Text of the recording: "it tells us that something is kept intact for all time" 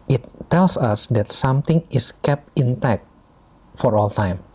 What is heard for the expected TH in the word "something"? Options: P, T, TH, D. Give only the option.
T